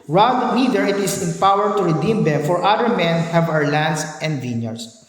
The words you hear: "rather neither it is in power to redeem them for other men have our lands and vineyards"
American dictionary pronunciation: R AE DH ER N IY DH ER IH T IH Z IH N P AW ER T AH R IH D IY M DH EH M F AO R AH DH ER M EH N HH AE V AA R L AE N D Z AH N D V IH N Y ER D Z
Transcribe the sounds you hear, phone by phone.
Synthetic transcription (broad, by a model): R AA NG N IY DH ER IH T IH S IH N P AW ER T AH R IH D IY M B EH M F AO R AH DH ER M EH N HH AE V AA R L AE N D S AH N D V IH N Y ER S